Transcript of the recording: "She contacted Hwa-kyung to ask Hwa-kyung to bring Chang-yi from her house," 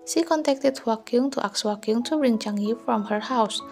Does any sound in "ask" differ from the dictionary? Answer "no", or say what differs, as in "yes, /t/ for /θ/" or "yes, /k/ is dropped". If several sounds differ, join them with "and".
yes, /s/ is dropped